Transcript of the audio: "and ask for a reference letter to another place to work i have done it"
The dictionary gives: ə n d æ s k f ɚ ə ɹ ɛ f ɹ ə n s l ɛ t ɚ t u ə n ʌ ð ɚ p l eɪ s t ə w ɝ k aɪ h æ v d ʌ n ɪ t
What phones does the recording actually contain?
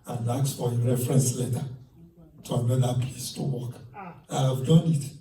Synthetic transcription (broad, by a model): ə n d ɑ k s f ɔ ə ɹ ɛ f ɹ ə n s l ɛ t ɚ t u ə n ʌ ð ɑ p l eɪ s t ə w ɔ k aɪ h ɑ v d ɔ n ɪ t